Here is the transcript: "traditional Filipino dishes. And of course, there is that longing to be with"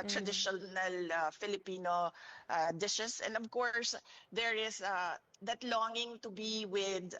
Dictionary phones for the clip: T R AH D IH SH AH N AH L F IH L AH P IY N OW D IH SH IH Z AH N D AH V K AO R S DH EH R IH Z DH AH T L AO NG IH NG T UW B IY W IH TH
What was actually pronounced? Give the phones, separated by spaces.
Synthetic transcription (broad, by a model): T R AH D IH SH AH N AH L F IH L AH P IY N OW D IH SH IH S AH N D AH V K AO R S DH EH R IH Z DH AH T L AO NG IH NG T UW B IY W IH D